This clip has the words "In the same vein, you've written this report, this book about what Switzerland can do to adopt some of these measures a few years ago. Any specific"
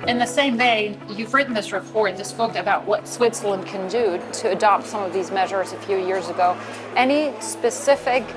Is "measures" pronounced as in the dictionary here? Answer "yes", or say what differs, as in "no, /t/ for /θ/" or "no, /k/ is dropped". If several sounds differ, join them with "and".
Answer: yes